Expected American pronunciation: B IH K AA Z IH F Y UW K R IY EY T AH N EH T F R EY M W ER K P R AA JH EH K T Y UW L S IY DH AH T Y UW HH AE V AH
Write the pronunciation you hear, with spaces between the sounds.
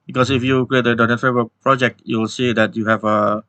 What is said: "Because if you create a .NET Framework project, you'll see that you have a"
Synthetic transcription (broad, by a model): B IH K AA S IH F Y UW K R IY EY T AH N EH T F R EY W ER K P R AA JH EH K T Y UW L S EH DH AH T Y UW HH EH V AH